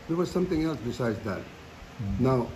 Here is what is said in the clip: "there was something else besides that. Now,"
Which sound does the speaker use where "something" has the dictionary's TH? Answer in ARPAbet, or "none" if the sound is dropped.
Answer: T